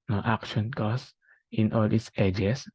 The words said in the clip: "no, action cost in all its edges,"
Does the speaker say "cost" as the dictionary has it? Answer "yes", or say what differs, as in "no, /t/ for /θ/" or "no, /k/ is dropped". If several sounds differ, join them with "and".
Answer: no, /t/ is dropped